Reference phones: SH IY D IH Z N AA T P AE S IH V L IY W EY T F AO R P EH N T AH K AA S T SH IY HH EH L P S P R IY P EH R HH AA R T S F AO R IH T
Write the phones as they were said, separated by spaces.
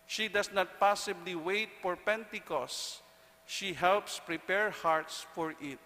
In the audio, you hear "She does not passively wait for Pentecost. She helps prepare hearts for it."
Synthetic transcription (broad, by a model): SH IY D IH S N AA T P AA S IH B L IY W EY T F AO R P EH N T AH K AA S SH IY HH EH L P S P R IY P EH R HH AA R T S F AO R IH T